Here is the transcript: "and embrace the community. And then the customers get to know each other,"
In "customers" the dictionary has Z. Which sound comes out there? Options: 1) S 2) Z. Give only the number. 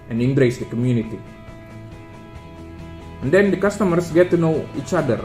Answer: 1